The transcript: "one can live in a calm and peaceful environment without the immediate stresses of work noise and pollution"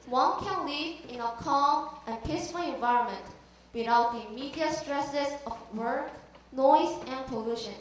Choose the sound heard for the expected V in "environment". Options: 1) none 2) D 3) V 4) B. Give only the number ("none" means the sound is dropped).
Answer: 3